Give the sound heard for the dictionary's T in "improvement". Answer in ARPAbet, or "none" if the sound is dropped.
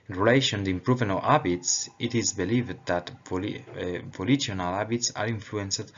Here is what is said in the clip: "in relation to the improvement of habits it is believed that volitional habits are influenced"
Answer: none